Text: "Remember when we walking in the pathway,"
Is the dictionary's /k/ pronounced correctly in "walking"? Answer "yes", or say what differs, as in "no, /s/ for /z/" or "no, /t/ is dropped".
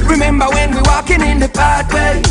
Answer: yes